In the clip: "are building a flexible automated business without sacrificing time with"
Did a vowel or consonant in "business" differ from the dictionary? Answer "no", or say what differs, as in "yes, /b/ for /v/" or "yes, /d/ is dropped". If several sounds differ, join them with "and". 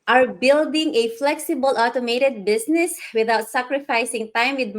yes, /s/ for /z/